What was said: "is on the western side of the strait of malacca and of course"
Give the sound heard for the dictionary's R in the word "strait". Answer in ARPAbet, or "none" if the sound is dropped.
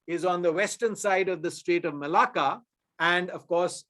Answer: R